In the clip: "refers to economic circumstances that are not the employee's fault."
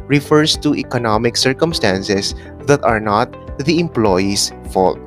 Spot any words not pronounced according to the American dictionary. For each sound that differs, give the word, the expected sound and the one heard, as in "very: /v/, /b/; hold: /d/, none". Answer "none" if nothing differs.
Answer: circumstances: /z/, /s/; employee's: /z/, /s/